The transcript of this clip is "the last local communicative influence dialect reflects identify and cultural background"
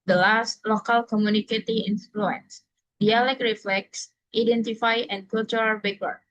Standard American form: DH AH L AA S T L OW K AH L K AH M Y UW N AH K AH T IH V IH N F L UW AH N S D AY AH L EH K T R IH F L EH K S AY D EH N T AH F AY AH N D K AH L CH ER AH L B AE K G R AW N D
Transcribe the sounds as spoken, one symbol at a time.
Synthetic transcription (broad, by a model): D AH L AA S T L OW K AH L K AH M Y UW N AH K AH T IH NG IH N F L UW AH N S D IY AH L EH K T R IH F L EH K S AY D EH N T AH F AY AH N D K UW L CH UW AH L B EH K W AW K